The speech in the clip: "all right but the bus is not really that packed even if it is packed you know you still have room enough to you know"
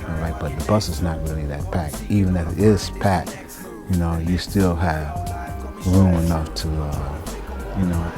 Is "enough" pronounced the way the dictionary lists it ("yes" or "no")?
yes